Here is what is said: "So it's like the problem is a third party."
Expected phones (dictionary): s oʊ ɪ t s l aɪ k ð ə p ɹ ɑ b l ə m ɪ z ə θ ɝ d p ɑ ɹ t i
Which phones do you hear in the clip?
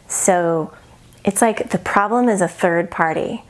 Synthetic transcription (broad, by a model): s oʊ ɪ t s l aɪ k ð ə p ɹ ɑ b l ə m ɪ z ə θ ɝ d p ɑ ɹ t i